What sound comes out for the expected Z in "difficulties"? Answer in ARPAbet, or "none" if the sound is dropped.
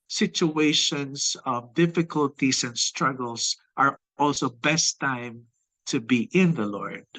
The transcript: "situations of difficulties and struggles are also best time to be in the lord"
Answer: S